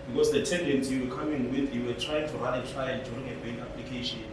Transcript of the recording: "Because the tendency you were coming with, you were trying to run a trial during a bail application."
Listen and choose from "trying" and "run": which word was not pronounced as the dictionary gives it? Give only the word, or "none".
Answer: run